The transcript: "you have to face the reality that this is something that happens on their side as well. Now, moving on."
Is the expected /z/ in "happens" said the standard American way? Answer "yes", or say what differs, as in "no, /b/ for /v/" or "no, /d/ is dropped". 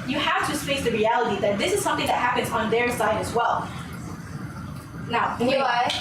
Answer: yes